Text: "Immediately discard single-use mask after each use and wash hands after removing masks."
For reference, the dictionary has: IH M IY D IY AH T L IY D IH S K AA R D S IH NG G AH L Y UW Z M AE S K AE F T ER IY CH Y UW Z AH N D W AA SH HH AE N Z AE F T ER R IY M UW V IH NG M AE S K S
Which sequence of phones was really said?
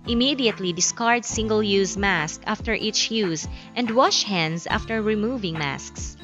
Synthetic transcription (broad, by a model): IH M IY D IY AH T L IY D IH S K AA R D S IH NG G AH L Y UW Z M AE S K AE F T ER IY CH Y UW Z AH N D W AA SH HH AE N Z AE F T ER R IY M UW V IH NG M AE S K S